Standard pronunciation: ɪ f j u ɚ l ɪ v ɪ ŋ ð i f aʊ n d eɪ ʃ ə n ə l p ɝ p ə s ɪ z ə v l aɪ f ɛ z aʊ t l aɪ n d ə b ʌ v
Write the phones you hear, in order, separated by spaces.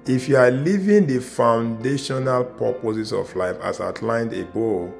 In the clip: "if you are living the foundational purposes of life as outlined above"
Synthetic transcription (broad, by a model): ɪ f j u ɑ l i v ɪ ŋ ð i f aʊ n d eɪ ʃ ə n ə l p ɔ p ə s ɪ s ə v l aɪ f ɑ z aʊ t l aɪ n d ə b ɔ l